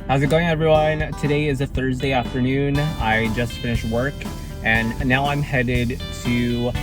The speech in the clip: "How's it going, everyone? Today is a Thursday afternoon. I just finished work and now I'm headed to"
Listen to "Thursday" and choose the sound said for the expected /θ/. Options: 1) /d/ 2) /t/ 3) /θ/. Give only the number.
3